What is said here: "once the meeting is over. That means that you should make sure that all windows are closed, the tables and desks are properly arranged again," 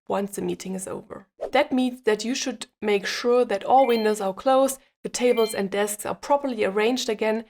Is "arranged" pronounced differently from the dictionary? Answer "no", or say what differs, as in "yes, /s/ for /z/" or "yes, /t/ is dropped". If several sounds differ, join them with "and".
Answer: no